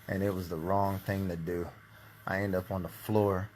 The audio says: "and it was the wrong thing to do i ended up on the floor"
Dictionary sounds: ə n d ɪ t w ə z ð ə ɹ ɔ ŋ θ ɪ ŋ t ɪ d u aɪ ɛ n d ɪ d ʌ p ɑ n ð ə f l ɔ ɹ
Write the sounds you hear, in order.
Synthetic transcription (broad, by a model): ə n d ɪ t w ə z ð ə ɹ ɔ ŋ θ ɪ ŋ t ɪ d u aɪ ɛ n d d ʌ p n ð ə f l ɔ ɹ